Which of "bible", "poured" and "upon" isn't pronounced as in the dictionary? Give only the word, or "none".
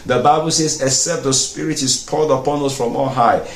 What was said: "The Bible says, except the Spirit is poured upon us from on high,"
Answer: poured